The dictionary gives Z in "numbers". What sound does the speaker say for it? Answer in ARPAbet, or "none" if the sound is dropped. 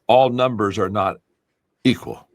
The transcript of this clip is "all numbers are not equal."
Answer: Z